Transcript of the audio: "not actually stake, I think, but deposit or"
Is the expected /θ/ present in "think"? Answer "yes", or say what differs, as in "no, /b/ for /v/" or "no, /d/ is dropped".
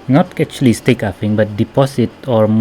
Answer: no, /f/ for /θ/